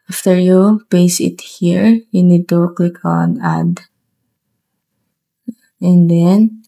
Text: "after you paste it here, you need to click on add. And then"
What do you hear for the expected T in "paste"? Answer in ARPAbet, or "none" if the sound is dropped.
none